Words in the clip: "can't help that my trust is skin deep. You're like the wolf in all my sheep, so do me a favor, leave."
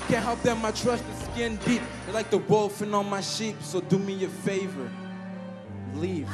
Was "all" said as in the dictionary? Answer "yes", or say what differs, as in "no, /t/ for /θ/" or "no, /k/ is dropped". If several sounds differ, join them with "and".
no, /n/ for /l/